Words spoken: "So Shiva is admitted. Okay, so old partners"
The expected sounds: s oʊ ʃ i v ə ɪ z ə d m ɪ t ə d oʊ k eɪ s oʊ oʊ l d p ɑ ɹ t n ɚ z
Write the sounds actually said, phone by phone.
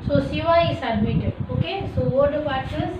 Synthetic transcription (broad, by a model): s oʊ s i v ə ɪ s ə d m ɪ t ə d oʊ k eɪ s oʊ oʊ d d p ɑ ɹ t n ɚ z